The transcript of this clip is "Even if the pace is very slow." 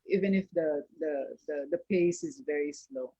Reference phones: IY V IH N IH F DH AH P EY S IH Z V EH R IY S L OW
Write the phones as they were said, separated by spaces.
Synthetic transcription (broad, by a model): IY V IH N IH F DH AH P EY S IH Z V EH R IY S L OW